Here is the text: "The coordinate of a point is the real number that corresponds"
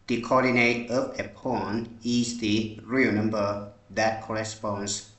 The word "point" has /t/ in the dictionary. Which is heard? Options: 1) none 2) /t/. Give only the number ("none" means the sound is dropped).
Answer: 1